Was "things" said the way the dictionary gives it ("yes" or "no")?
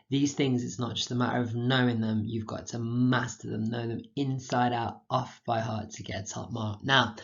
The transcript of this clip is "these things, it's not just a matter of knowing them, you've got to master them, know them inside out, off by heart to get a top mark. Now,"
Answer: yes